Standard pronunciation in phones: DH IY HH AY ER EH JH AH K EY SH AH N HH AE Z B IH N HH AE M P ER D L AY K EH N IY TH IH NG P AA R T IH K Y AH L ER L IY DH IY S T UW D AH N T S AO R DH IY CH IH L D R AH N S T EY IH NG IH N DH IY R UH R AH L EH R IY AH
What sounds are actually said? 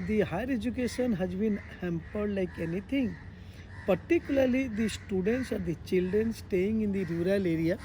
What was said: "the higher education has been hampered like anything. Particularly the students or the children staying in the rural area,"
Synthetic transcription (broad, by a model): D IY HH AY ER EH JH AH K EY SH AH N HH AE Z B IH N HH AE M P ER D L AY K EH N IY T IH NG P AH R T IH K Y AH L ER L IY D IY S T UW D AH N T S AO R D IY CH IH L D R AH N S T EY IH NG IH N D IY R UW R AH L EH R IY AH